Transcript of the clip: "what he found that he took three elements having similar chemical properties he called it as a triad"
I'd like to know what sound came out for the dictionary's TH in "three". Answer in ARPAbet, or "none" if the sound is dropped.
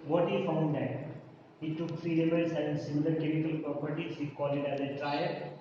F